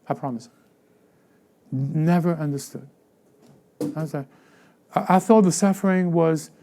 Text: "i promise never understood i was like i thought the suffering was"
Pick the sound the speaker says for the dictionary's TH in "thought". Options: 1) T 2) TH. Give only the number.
2